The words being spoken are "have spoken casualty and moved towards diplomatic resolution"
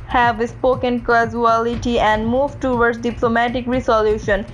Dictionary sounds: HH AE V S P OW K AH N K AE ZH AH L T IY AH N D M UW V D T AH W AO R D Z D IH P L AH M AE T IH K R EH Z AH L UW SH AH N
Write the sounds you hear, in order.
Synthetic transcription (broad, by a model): HH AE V S P OW K AH N K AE Z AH L T IY AH N D M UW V T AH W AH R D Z D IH P L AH M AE T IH K R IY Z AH L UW SH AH N